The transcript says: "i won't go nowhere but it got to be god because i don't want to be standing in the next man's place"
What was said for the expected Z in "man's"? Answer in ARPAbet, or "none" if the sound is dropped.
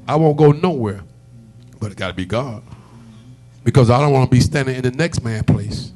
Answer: none